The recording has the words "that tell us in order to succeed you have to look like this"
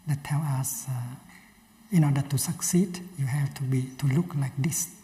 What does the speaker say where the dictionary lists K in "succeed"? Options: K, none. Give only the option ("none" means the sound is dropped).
K